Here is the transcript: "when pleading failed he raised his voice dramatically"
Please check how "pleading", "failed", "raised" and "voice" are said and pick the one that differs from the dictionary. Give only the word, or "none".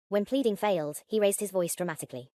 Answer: none